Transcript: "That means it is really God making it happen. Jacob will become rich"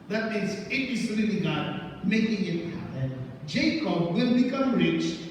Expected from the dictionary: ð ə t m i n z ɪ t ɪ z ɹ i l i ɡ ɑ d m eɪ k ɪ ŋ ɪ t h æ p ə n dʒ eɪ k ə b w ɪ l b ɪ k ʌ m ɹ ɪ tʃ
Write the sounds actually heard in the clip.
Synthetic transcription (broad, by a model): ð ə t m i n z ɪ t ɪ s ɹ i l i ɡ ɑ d m eɪ k ɪ ŋ ɪ t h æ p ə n dʒ eɪ k ə b w ɪ l b ɪ k ʌ m ɹ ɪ tʃ